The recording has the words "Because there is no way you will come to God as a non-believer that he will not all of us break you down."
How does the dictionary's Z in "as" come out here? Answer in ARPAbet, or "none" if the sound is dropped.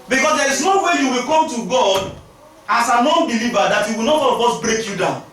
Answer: S